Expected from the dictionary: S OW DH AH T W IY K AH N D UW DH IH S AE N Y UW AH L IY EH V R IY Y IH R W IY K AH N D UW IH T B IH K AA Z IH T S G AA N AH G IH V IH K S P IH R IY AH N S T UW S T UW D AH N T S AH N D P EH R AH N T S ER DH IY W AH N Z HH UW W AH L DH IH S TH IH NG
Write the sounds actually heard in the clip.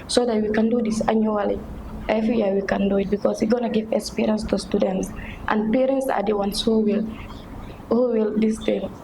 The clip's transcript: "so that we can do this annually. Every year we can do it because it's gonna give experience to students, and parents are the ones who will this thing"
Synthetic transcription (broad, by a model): S OW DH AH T W IY K AH N D UW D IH S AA N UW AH L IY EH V R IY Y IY W IY K AH N D UW IH T B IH K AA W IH G AA N AH G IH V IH K S P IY R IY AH N S T UW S T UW D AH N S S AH N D P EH R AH N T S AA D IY W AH N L HH UW W AH L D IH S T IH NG